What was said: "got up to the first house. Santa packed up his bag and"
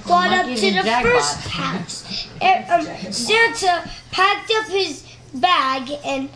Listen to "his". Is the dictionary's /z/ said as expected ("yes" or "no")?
yes